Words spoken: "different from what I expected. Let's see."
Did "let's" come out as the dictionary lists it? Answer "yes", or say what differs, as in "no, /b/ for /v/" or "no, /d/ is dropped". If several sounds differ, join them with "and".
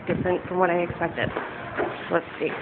no, /w/ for /l/